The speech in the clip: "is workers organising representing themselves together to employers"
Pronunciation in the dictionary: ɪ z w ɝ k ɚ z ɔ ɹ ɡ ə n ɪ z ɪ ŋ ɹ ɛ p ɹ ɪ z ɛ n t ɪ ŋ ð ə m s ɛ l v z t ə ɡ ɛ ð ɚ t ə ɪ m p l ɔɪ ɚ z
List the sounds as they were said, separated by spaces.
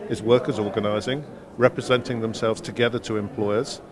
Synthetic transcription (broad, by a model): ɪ z w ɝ k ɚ z ɔ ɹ ɡ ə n ɪ z ɪ ŋ ɹ ɛ p ɹ ɪ z ɛ n t ɪ ŋ ð ə m s ɛ l v z t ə ɡ ɛ ð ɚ t ə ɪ m p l ɔɪ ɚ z